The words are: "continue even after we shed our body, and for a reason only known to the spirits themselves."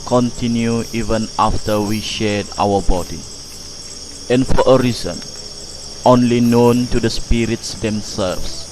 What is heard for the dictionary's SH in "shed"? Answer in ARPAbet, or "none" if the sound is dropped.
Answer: SH